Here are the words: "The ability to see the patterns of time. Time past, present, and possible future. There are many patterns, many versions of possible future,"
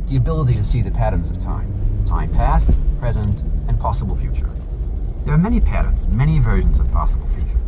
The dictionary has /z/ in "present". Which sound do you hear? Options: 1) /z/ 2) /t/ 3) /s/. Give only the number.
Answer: 1